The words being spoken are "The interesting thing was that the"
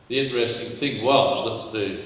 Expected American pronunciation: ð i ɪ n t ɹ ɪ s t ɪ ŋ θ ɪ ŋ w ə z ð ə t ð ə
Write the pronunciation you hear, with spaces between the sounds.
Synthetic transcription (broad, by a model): ð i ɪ n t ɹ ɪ s t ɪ ŋ θ ɪ ŋ w ə z ð ə t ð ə